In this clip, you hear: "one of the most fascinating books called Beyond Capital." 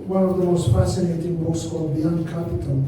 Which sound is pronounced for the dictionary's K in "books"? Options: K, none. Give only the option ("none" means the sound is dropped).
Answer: none